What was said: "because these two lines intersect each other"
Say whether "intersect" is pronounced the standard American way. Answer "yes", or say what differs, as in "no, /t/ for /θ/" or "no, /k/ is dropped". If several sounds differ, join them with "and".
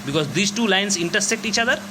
yes